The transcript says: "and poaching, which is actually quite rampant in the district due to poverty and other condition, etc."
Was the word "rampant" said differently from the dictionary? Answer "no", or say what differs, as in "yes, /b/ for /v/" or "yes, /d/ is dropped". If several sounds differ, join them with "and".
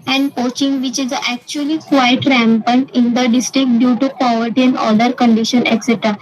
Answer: no